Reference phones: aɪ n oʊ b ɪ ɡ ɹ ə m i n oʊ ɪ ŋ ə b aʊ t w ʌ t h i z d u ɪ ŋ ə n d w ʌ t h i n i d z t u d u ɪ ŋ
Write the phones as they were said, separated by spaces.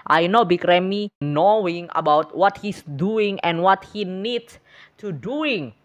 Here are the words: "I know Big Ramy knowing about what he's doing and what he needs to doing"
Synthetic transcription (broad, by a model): aɪ n oʊ b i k ɹ ə m i n oʊ ɪ ŋ ə b aʊ t w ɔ t h i s d u ɪ ŋ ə n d w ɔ t h i n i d t u d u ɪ ŋ